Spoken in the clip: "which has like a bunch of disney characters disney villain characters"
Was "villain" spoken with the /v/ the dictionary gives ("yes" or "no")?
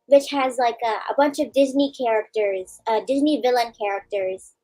yes